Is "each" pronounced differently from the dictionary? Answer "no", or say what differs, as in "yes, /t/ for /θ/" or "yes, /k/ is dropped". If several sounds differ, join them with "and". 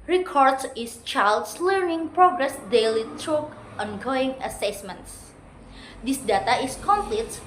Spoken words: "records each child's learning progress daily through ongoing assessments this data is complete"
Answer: yes, /s/ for /tʃ/